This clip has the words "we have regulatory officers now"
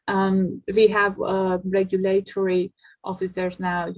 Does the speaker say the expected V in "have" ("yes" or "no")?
yes